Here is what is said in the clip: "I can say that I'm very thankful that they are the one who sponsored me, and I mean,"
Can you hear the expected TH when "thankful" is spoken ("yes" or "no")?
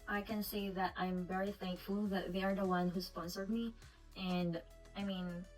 yes